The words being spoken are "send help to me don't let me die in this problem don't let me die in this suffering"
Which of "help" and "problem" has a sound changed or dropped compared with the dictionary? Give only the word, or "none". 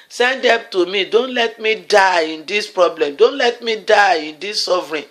help